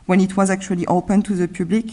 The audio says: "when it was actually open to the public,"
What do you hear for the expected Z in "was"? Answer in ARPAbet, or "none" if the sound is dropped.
Z